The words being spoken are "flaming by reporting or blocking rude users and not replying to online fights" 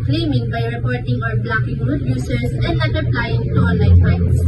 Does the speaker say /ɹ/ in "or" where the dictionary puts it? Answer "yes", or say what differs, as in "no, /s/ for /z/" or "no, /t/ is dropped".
no, /w/ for /ɹ/